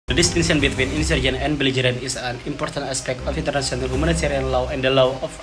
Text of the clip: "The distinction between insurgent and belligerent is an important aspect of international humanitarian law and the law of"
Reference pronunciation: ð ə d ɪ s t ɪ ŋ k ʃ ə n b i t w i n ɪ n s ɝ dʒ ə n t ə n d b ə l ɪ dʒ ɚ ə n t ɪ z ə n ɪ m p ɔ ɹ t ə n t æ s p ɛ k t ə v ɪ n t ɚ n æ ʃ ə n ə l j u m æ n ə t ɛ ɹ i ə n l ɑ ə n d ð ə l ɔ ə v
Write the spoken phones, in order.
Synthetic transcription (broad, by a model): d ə d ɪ s t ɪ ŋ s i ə n b i t w i n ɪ n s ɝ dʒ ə n ə n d b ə l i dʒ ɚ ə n ɪ s ə n ɪ m p ɔ ɹ t ə n t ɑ s p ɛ k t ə f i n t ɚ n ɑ s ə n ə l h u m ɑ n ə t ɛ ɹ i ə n l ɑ ə n d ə l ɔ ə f